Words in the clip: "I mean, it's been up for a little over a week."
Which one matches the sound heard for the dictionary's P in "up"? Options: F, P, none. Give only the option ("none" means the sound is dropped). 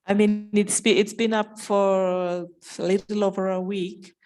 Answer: P